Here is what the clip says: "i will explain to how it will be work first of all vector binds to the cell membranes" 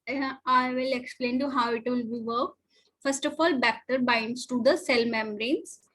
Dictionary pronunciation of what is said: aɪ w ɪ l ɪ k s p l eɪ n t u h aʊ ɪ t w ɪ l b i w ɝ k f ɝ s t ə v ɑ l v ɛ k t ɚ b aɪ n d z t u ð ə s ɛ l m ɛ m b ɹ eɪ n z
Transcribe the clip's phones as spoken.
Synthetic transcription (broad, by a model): aɪ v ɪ l ɪ k s p l eɪ n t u h aʊ ɪ t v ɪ l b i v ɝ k f ɝ s t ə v ɑ l b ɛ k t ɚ b aɪ n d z t u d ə s ɛ l m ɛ m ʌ ɹ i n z